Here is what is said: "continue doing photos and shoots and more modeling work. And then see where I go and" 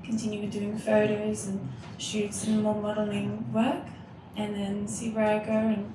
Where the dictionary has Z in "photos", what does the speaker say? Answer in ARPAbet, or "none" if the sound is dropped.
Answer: Z